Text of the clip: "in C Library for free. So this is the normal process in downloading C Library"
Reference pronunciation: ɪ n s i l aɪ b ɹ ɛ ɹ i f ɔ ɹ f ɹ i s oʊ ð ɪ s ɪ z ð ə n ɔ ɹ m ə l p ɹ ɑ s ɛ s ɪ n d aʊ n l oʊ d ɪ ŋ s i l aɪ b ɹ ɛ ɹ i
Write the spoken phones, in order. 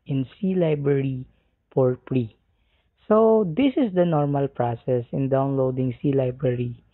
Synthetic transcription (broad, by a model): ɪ n s i l aɪ b ɹ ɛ ɹ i p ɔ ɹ p ɹ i s oʊ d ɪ s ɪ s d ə n ɔ ɹ m ə l p ɹ ɑ s ɛ s ɪ n d aʊ n l oʊ d ɪ ŋ s i l aɪ b ɹ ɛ ɹ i